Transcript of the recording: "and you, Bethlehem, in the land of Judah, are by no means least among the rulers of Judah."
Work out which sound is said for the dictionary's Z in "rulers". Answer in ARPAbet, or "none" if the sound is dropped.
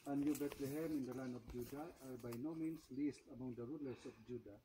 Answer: S